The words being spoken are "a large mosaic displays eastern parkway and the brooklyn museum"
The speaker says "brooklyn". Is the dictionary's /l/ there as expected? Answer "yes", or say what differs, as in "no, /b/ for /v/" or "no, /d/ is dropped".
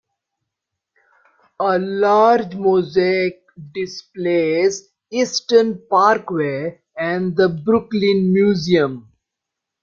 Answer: yes